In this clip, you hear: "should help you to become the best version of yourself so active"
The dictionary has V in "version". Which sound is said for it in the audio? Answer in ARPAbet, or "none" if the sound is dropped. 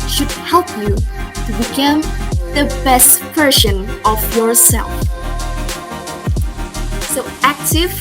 P